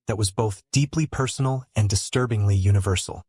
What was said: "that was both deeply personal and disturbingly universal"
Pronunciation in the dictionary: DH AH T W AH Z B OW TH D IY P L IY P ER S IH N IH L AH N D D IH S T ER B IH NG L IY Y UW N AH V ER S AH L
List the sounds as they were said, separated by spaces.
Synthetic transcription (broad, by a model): DH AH T W AH Z B OW TH D IY P L IY P ER S N L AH N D D IH S T ER B IH NG L IY Y UW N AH V ER S L